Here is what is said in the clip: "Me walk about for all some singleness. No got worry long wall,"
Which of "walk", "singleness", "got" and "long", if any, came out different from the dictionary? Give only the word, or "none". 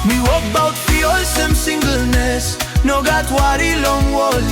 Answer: none